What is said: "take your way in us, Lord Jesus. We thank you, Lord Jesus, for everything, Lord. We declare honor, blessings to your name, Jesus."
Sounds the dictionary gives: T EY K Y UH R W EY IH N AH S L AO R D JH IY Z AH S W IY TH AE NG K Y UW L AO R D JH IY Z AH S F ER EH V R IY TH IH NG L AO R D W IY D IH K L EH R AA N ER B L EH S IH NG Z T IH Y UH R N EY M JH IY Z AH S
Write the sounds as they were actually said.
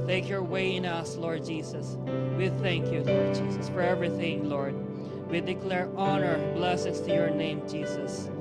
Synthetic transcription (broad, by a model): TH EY K Y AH R W EY IH N AH S L AO R D JH IY Z AH S W IY TH AE NG K Y UW L AO R D JH IY Z AH S F ER EH V R IY TH IH NG L AO R D W IY D IH K L EH R AA N ER B L EH S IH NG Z T IH Y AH R N EY M JH IY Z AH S